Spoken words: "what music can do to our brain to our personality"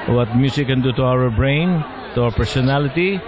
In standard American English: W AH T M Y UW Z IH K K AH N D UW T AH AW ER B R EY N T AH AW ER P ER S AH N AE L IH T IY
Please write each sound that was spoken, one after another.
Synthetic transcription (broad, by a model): W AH T M Y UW S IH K K AH N D UW T AH AW ER B R EY N T AH AW ER P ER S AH N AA L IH T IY